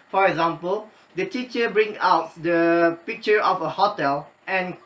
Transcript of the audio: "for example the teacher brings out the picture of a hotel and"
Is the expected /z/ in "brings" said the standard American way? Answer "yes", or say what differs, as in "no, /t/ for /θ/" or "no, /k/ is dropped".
no, /z/ is dropped